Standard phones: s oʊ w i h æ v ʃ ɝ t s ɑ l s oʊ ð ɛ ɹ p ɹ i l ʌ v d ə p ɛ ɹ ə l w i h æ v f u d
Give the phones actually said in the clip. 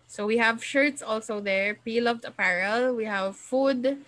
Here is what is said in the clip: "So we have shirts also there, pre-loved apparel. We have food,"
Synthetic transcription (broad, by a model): s oʊ w i h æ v ʃ ɝ t s ɑ l s oʊ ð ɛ ɹ p i l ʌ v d ə p ɛ ɹ ə l w i h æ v f u d